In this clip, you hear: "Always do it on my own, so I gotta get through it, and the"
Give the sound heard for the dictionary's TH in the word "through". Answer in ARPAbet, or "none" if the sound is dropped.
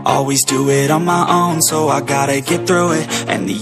TH